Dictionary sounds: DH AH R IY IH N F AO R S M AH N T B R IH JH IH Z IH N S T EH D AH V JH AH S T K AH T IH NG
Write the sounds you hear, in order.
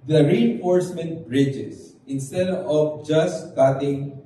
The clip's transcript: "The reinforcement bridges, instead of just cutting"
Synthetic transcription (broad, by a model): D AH R IY IH N F AO R S M AH N T B R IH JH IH S IH N S T EH D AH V JH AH S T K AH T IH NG